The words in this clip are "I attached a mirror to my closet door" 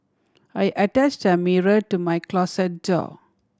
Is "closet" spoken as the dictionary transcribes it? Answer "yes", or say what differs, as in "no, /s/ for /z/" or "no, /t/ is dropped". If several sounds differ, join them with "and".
no, /s/ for /z/